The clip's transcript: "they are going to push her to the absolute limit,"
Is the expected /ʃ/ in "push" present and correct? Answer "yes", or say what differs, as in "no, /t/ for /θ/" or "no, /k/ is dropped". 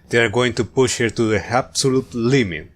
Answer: yes